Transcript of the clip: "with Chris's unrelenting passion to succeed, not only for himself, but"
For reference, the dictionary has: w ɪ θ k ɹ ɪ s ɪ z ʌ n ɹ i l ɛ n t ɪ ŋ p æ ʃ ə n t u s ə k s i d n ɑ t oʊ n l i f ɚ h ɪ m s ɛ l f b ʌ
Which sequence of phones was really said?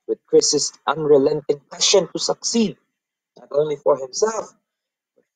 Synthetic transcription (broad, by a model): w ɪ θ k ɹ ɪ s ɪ s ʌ n ɹ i l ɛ n t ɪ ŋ p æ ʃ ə n t u s ə k s i d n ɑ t oʊ n l i f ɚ h ɪ m s ɛ l f